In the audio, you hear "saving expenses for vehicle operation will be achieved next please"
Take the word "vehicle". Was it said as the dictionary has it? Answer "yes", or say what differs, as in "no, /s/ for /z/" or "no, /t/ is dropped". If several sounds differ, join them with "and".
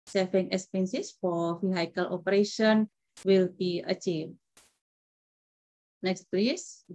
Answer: no, /f/ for /v/